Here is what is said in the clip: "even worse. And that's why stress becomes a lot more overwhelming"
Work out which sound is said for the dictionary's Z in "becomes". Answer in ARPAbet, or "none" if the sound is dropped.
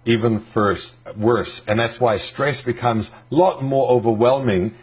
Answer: Z